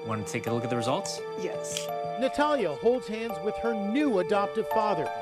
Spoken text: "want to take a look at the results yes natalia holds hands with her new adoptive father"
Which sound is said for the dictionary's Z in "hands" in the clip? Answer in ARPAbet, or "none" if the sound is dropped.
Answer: Z